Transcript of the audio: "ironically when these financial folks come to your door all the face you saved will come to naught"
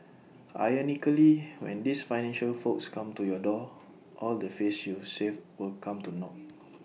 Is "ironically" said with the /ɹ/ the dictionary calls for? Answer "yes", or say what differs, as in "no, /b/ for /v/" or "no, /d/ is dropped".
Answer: no, /ɹ/ is dropped